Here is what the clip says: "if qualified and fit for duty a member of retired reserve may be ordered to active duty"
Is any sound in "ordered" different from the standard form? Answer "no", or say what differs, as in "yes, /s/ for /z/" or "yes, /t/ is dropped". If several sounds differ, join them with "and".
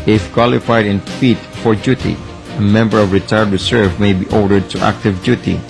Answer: no